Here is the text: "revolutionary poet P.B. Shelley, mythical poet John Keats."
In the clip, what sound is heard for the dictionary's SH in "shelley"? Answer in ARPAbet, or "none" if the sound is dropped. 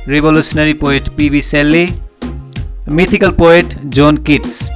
S